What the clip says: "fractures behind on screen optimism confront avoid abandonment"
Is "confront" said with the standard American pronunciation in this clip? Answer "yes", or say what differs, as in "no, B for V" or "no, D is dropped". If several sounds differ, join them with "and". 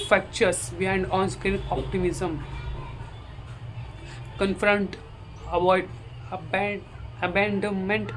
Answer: yes